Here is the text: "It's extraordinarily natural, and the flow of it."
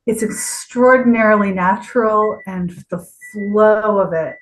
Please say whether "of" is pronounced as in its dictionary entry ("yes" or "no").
yes